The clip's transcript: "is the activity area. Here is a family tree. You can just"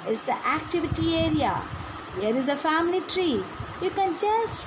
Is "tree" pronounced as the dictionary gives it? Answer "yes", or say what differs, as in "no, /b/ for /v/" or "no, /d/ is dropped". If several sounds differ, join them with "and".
yes